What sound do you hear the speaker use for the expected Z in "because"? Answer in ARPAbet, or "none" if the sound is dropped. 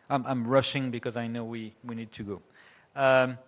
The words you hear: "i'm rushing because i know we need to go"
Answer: Z